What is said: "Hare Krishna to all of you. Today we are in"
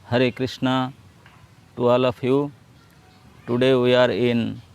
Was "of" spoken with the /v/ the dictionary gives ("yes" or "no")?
no